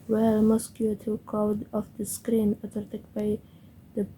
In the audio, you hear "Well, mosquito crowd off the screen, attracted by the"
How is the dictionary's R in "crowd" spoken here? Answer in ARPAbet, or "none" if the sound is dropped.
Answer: none